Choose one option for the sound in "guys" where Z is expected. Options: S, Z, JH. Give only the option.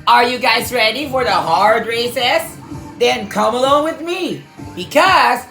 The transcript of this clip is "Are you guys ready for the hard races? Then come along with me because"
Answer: Z